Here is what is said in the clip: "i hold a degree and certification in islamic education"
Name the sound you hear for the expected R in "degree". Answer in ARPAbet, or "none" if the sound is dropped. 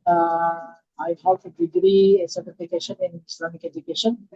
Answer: R